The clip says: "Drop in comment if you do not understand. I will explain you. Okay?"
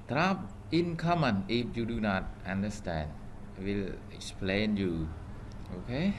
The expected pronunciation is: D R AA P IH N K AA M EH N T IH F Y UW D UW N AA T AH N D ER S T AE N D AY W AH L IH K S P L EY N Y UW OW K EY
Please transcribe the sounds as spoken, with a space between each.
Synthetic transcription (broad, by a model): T R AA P IH N K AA M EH N IH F Y UW D UW N AA T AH N D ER S T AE N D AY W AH L IH K S P L EY N Y UW OW K EY